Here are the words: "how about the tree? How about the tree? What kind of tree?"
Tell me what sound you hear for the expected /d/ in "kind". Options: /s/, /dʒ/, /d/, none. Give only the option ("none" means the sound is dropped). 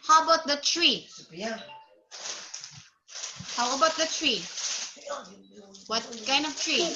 none